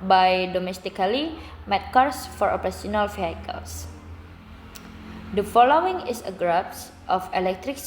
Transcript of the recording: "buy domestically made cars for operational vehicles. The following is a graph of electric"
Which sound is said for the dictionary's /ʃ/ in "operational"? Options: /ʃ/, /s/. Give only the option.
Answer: /s/